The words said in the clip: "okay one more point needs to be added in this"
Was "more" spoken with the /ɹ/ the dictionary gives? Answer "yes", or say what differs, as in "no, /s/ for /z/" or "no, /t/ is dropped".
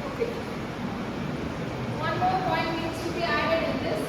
no, /l/ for /ɹ/